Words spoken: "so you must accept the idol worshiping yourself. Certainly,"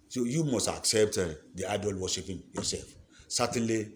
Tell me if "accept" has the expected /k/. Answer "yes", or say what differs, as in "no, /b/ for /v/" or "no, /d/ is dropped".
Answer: yes